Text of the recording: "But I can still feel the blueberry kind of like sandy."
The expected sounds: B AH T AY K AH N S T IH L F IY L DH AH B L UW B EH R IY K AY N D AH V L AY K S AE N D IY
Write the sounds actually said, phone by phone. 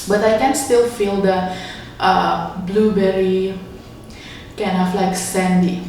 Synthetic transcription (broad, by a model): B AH T AY K AH N S T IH L F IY L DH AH B L UW B EH R IY K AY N AH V L AY K S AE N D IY